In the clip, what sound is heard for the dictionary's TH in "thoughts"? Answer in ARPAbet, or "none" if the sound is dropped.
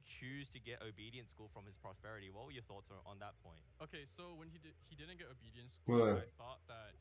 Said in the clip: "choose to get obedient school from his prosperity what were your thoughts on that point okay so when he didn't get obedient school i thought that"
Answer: TH